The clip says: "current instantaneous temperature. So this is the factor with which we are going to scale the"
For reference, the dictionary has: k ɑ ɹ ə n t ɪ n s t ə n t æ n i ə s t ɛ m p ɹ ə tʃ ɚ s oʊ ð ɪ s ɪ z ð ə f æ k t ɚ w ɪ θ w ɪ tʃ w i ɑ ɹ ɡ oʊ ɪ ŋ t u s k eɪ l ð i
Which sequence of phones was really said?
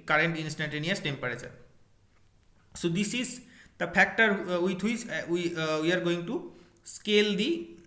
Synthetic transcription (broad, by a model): k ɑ ɹ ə n t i n s t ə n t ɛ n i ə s t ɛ m p ɹ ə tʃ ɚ s oʊ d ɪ s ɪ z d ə p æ k t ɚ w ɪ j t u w w i ɑ ɹ ɡ oʊ ɪ ŋ t u s k eɪ l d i